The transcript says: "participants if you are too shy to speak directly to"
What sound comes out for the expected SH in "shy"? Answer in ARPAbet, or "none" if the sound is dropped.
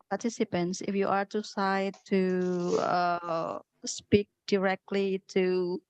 S